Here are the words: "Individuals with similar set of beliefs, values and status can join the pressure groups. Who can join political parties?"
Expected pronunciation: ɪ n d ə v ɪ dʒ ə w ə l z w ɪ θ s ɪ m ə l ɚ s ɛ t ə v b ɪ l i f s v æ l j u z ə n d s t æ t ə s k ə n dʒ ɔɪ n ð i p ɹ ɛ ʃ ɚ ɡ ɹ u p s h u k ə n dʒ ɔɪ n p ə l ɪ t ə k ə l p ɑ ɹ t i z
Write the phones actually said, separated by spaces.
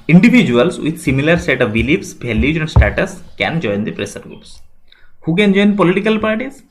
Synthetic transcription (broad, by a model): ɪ n d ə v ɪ dʒ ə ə l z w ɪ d s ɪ m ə l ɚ s ɛ t ə v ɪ l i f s b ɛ l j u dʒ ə n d s t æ t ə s k ə n dʒ ɔɪ n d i p ɹ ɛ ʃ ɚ ɡ ɹ u p s h u k ə n dʒ ɔɪ n p ə l ɪ t ə k ə l p ɑ ɹ t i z